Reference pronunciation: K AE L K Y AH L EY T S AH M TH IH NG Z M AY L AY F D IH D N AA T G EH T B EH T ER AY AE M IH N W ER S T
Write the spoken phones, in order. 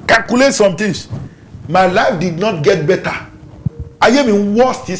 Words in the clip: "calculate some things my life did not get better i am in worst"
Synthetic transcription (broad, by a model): K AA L K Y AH L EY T S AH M T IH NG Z M AY L AY F D IH D N AA T G EH T B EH T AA AY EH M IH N W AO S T